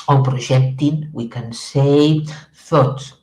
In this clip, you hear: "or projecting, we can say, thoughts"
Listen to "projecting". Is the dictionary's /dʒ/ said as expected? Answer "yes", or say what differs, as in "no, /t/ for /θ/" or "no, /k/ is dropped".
no, /ʒ/ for /dʒ/